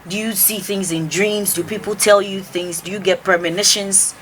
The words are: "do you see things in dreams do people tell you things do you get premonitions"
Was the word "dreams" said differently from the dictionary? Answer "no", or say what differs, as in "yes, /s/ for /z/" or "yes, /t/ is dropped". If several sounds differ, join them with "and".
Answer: no